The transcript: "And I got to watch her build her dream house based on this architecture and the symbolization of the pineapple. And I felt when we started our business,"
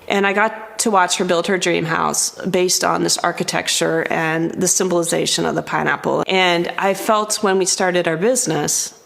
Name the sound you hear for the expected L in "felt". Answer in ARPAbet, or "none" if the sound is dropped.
L